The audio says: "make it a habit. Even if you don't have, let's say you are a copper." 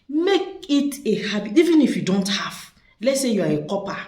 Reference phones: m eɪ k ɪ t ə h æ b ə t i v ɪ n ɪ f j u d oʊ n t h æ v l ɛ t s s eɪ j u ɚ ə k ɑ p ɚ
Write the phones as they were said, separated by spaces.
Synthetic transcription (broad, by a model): m eɪ k ɪ t ə h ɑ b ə i v ɪ n ɪ f j u d oʊ n t h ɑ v l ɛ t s s eɪ j u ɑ ə k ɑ p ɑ